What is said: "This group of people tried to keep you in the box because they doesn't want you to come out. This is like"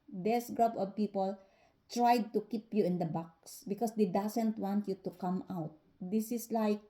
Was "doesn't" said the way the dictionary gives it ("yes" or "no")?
no